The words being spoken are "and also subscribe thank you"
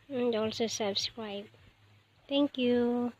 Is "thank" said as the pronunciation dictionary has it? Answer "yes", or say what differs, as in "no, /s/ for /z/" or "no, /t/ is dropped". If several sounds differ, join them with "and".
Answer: no, /t/ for /θ/